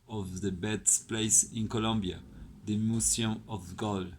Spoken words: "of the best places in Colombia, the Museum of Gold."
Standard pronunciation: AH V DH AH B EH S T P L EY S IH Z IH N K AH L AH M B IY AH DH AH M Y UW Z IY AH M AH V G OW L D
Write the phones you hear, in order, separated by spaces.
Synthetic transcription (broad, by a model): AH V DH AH B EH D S P L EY IH S IH N K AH L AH M B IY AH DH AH M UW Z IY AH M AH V G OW L